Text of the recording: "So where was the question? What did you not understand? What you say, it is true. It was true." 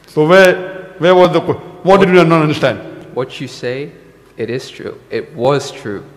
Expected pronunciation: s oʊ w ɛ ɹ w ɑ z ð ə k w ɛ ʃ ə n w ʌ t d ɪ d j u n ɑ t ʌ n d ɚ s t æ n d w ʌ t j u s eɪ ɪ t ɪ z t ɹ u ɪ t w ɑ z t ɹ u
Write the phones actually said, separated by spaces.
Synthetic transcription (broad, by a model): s oʊ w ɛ w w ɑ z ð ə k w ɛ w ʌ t d ɪ d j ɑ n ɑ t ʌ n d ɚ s t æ n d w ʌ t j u s eɪ ɪ t ɪ z t ɹ u ɪ t w ɑ z t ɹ u